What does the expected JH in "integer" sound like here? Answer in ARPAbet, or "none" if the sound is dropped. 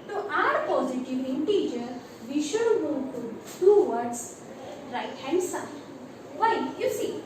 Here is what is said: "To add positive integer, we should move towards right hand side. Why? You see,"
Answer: JH